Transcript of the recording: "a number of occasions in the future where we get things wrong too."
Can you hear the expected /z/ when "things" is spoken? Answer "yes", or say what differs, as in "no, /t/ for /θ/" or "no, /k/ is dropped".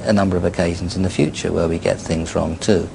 yes